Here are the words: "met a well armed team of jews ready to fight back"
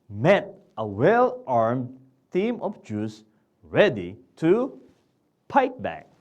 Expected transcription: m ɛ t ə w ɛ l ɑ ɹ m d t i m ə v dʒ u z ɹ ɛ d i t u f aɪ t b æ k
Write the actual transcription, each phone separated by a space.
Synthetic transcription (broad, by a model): m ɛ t ə w ɛ l ɑ ɹ m d t i m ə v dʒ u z ɹ ɛ d i t u p aɪ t b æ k